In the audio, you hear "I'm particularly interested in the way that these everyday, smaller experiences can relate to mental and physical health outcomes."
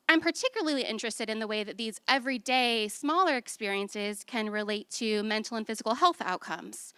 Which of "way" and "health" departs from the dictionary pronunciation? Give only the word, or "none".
none